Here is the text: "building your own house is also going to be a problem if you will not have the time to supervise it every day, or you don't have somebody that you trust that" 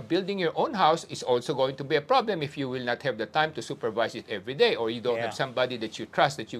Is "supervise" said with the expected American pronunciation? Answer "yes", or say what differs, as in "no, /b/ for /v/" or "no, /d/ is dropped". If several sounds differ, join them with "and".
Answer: no, /s/ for /z/